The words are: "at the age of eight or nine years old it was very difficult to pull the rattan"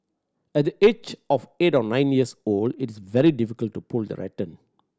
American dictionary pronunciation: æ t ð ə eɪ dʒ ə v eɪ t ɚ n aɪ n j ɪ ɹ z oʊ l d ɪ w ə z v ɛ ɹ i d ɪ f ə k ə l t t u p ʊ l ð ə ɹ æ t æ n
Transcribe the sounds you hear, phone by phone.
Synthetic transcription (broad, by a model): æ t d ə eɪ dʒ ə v eɪ t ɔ n aɪ n j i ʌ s oʊ l d ɪ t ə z v ɛ ɹ i d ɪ f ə k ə l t t u p ʊ l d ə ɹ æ t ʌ n